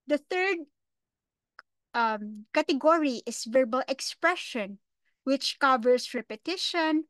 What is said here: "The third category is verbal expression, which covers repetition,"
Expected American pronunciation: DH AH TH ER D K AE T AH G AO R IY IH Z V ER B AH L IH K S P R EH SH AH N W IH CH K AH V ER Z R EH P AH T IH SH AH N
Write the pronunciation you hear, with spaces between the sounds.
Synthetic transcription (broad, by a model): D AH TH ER D K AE T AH G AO R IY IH S V ER B AH L IH K S P R EH SH AH N W IH CH K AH V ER S R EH P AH T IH SH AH N